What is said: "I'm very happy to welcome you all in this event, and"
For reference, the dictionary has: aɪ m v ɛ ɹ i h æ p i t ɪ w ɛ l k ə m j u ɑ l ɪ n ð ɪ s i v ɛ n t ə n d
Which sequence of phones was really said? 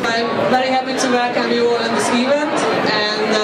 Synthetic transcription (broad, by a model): aɪ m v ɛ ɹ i h æ p i t ɪ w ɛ k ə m j u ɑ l ɪ n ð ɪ s i v ɛ n t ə n